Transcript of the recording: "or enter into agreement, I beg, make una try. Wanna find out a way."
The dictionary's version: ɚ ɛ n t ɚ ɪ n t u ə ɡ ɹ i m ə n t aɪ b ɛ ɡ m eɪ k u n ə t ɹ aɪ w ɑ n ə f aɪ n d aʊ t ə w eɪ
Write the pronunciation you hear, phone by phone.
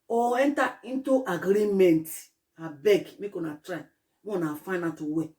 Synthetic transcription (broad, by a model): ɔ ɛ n t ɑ ɪ n t u ə ɡ ɹ i m ə n t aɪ b ɛ ɡ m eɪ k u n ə t ɹ aɪ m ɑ n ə f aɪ n aʊ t ə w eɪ